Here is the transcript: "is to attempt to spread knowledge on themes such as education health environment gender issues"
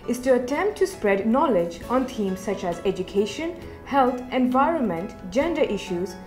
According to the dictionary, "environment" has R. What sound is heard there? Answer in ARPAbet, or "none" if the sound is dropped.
R